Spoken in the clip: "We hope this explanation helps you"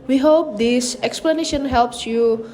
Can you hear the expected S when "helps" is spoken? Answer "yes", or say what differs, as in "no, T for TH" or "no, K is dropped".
yes